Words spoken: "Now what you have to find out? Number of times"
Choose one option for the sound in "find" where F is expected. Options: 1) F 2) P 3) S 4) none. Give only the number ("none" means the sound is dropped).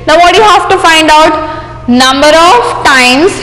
1